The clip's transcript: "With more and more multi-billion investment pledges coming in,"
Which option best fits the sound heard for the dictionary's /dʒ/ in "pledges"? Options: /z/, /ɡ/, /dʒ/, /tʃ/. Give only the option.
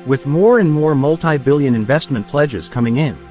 /dʒ/